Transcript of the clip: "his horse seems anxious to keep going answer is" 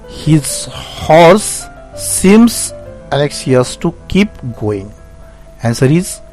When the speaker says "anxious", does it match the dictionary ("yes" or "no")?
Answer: no